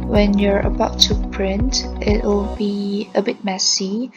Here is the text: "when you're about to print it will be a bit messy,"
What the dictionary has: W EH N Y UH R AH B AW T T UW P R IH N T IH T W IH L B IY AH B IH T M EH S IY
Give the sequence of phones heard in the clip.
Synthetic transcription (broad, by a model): W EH N Y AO R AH B AW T T UW P R IH N T IH T W IH L B IY AH B IH T M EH S IY